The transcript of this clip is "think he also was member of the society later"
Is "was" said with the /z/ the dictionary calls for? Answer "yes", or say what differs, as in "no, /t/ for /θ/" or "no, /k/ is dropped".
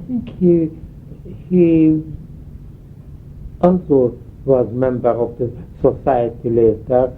yes